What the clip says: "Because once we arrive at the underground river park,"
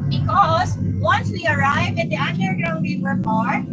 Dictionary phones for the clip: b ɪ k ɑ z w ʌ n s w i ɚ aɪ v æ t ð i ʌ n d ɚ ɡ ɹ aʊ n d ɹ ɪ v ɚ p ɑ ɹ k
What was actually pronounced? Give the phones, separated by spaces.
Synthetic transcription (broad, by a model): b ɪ k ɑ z w ʌ n s w i ɚ aɪ v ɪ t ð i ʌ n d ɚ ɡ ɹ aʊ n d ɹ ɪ w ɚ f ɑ ɹ